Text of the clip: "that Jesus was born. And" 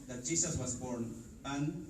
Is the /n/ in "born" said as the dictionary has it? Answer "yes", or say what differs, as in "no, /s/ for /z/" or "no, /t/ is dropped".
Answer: yes